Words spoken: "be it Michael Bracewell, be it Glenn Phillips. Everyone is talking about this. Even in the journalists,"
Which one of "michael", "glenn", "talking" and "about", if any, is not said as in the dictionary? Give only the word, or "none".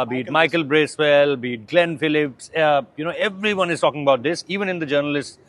none